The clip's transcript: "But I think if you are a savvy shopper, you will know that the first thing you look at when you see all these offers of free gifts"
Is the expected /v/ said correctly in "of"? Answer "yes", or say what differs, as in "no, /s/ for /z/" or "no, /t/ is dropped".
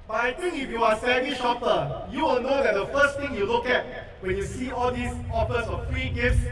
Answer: no, /f/ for /v/